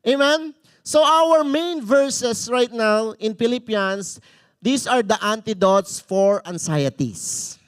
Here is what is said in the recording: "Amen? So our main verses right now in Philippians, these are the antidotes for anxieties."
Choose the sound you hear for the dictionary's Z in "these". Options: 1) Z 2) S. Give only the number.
2